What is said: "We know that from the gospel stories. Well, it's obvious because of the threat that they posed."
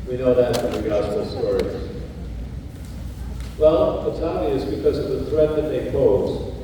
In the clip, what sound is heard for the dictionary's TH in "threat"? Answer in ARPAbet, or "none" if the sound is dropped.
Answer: TH